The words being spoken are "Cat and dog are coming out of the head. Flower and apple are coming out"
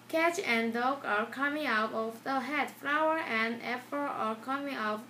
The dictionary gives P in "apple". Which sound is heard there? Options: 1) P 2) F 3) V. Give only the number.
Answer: 2